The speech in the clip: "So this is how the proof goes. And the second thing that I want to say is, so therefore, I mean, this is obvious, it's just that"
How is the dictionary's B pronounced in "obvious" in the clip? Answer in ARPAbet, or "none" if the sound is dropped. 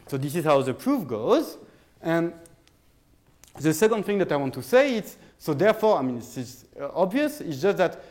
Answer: B